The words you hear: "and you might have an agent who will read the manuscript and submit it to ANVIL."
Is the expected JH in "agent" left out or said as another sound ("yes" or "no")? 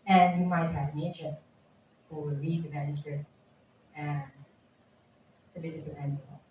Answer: yes